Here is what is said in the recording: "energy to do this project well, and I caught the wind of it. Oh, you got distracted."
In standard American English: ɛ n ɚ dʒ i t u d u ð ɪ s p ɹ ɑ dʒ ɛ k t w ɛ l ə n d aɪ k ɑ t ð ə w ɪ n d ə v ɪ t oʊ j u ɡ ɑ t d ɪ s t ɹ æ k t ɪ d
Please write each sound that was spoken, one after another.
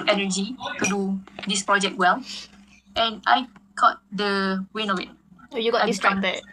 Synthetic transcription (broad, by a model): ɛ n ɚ dʒ i t u d u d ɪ s p ɹ ɑ dʒ ɛ k t w ɛ l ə n aɪ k ɑ t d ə w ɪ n ə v ɪ t oʊ j u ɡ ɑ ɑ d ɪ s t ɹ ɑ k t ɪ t